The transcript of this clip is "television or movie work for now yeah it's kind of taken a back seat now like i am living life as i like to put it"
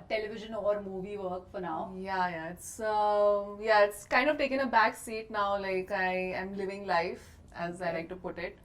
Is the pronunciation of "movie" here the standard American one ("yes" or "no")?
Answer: yes